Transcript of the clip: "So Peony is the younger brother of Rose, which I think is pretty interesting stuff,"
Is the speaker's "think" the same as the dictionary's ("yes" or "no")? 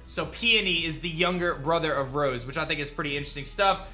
yes